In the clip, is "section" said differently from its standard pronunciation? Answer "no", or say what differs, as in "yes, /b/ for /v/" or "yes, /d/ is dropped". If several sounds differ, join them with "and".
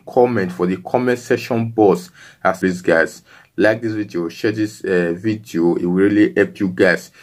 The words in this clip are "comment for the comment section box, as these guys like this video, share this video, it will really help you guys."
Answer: yes, /k/ is dropped